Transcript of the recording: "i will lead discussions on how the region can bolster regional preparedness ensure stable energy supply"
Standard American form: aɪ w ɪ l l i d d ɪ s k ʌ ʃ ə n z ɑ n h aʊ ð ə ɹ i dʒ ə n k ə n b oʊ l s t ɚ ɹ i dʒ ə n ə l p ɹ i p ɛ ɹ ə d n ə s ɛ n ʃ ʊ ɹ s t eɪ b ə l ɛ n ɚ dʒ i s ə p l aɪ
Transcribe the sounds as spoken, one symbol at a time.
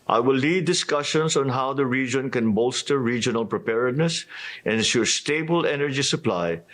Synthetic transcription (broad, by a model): aɪ w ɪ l l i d d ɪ s k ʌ ʃ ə n s ɑ n h aʊ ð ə ɹ i dʒ ə n k ə n b oʊ l s t ɚ ɹ i dʒ ə n ə l p ɹ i p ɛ ɹ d n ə s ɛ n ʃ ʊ ɹ s t eɪ b ə l ɛ n ɚ dʒ i s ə p l aɪ